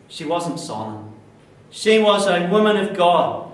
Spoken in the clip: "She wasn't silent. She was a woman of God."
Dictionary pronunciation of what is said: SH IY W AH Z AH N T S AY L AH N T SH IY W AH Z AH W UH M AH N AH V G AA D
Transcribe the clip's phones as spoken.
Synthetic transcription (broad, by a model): SH IY W AH Z AH N T S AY L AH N SH IY W AH Z AH W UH M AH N AH V G AA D